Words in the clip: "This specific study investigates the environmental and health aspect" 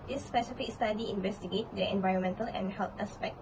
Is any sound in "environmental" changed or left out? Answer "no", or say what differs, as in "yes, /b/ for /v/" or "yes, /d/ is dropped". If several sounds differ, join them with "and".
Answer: no